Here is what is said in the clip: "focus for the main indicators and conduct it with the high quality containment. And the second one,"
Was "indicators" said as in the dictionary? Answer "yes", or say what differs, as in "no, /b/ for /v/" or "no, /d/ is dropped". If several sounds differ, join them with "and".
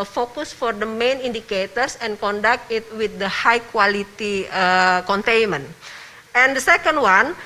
no, /s/ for /z/